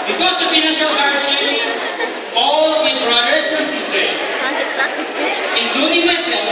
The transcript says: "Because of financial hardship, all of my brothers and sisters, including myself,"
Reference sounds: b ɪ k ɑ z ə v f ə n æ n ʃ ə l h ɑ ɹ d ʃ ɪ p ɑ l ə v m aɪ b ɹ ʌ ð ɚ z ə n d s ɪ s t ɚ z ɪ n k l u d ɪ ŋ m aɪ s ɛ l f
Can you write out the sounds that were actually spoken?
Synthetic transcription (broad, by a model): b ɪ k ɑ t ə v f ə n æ ʃ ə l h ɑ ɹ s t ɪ ɑ l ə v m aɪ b ɹ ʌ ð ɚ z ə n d s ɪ s t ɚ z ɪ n k l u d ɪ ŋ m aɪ s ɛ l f